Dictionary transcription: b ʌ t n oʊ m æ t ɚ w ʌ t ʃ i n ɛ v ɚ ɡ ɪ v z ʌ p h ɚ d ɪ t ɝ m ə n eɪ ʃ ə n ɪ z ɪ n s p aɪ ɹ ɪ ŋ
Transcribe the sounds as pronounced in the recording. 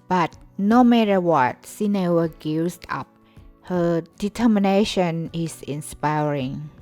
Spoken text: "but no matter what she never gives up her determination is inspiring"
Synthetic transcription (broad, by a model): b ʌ t n oʊ m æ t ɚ w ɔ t s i n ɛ w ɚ ɡ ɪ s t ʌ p h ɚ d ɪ t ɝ m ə n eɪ ʃ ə n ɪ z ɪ n s p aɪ ɹ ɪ ŋ